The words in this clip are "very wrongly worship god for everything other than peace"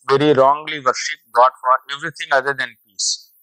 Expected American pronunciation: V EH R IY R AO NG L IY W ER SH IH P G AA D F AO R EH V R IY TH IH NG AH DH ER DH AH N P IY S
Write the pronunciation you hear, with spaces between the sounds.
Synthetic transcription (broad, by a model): V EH R IY R AO NG L IY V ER SH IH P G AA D F AO R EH V R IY T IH NG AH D ER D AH N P IY S